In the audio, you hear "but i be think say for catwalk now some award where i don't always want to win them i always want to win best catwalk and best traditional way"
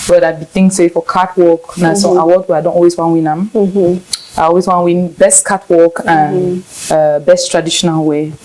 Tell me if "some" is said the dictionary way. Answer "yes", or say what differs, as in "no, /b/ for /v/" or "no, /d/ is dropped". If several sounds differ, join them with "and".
no, /m/ is dropped